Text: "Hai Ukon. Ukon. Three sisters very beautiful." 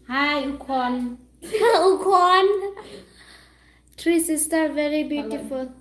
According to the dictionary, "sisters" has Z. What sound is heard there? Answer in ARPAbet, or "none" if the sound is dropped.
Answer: none